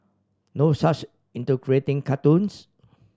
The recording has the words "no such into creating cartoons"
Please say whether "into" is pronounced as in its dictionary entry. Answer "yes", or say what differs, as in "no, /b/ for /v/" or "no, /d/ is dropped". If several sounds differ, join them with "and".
yes